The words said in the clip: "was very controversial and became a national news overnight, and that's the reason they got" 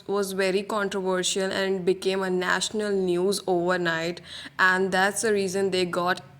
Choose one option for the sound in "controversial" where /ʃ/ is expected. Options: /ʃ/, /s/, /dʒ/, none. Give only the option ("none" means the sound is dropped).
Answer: /ʃ/